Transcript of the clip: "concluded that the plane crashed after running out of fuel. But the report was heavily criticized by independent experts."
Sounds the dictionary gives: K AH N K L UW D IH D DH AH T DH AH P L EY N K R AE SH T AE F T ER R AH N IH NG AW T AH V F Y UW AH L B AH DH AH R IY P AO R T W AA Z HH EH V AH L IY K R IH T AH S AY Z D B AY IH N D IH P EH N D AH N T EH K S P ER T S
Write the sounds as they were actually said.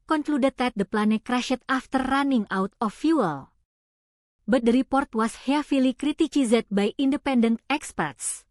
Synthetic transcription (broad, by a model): K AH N K L UW D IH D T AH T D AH P L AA N K R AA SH T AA F T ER R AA N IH NG AW T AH F Y UW AH L B AH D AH R IY P AO R T W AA S HH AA F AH L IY K R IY T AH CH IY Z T B AY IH N D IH P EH N D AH N T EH K S P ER T S